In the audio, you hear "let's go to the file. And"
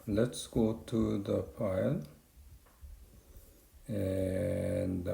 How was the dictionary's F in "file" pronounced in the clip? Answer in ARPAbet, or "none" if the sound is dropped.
P